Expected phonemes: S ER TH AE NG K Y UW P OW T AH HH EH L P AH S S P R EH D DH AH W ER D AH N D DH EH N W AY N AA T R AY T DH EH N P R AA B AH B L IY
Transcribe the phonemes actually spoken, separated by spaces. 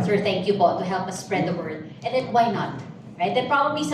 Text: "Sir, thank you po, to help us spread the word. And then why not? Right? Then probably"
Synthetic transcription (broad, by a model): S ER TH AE NG K Y UW B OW T AH HH EH L P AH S S P R EH D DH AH W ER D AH N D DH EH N W AY N AA T R AY T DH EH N P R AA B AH B L IY